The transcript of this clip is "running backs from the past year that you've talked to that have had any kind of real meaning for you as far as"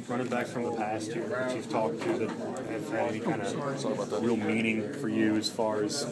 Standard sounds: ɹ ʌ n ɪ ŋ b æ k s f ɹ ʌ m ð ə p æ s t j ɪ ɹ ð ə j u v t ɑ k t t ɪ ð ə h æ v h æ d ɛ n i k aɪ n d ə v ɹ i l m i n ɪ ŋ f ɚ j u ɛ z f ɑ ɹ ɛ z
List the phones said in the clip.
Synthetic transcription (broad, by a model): ɹ ʌ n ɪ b æ k f ɹ ʌ m ð ə p æ s t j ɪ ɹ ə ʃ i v t ɑ k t t ɪ ð ə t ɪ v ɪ d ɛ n i k aɪ n d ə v ɹ i l m i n ɪ ŋ f ɚ j u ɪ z f ɑ ɹ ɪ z